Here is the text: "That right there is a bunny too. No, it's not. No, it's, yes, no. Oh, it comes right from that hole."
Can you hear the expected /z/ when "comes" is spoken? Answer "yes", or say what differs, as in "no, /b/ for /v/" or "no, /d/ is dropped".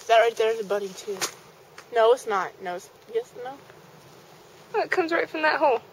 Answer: yes